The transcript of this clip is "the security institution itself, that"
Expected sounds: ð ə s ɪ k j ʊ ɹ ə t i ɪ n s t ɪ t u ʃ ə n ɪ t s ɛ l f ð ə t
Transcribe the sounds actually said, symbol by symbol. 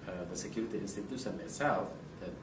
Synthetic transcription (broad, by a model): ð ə s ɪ k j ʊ ɹ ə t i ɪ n s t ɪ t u s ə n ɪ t s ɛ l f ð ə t